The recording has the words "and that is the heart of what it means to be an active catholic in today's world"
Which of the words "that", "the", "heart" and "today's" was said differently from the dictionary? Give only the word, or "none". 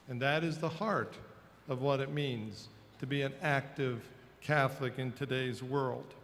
none